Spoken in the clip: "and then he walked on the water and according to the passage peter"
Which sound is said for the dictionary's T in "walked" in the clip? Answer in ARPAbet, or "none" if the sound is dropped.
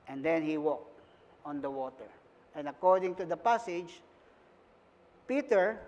T